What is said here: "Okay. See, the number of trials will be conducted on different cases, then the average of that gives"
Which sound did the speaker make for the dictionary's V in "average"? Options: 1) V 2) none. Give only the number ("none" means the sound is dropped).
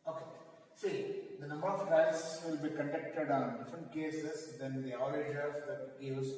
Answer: 2